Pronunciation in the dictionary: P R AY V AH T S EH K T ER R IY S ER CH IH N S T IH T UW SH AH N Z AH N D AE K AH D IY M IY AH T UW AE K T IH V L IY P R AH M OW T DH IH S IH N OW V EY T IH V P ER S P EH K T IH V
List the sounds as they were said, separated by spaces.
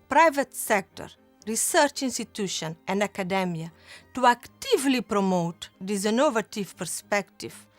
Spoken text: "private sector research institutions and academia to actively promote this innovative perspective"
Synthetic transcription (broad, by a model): P R AY V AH T S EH K T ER R IY S ER CH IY N S T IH T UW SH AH N AH N D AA K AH D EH M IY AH T UW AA K T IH V L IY P R AH M OW T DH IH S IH N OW V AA T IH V P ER S P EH K T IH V